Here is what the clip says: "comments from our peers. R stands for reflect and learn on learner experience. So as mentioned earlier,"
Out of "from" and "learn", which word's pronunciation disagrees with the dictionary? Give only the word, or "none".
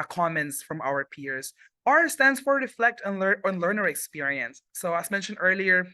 learn